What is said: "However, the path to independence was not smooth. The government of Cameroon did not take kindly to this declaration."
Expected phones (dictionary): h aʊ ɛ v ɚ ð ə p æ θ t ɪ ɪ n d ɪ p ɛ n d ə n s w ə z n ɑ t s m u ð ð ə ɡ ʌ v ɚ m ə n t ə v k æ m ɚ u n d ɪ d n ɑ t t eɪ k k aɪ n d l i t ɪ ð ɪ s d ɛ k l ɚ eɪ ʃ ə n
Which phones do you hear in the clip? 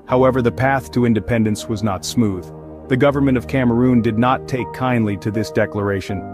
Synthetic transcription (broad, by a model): h aʊ ɛ v ɚ ð ə p æ θ t ɪ ɪ n d ɪ p ɛ n d ə n s w ə z n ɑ t s m u ð ð ə ɡ ʌ v ɚ m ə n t ə v k æ m ɚ u n d ɪ d n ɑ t t eɪ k k aɪ n d l i t ɪ ð ɪ s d ɛ k l ɚ eɪ ʃ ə n